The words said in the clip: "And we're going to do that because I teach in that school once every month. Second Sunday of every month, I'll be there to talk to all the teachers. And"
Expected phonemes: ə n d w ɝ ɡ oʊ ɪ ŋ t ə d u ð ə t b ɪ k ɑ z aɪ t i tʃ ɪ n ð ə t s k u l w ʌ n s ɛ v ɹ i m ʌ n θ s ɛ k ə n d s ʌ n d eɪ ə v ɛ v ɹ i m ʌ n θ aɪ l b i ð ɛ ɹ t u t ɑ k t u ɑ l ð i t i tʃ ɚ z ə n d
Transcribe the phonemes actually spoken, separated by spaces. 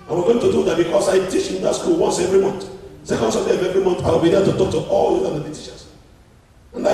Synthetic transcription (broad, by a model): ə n w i ɡ oʊ ɪ ŋ t ə d u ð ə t b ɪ k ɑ s aɪ t i tʃ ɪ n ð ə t s k u l w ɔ n s ɛ v ɹ i m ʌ n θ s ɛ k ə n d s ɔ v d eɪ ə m ɛ v ɹ i m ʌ n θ aɪ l b i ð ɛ t u t ɑ k t u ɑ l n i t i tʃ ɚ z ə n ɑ